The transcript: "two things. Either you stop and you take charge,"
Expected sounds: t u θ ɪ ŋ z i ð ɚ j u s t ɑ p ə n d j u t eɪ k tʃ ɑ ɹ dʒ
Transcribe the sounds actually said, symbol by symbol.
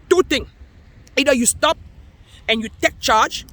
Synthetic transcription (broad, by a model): t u t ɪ ŋ i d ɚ j u s t ɑ p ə n j u t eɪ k tʃ ɑ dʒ